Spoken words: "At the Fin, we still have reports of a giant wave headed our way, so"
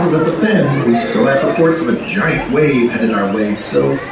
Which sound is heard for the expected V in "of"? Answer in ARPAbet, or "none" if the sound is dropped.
V